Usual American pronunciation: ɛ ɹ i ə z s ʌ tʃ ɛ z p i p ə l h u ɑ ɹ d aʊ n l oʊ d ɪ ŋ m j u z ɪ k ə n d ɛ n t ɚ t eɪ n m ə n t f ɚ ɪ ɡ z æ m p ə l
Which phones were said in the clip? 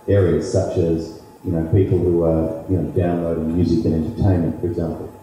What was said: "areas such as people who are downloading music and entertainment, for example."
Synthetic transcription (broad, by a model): ɛ ɹ i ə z s ʌ tʃ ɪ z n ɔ p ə l h u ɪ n d aʊ n l oʊ d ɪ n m j u z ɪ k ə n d ɛ n t ɚ t eɪ n m ə n t f ɚ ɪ ɡ z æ m p l